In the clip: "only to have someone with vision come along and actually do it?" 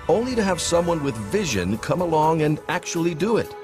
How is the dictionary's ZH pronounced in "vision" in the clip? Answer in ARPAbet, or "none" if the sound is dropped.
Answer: ZH